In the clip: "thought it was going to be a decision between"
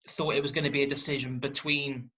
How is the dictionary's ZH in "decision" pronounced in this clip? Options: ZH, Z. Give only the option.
ZH